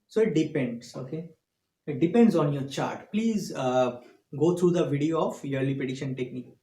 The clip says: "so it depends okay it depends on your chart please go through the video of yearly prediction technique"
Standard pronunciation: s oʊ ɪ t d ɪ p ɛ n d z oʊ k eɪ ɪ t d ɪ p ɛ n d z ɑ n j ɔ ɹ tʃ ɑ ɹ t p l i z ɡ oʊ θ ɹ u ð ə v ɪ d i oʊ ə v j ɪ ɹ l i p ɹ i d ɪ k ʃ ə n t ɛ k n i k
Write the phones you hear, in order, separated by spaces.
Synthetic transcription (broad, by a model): s oʊ ɪ t d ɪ p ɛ n d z oʊ k eɪ ɪ t d ɪ p ɛ n d z ɑ n j ɔ ɹ tʃ ɑ ɹ t p l i z ɡ oʊ t ɹ u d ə v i d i oʊ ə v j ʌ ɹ l i p i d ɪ ʃ ə n t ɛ k n i k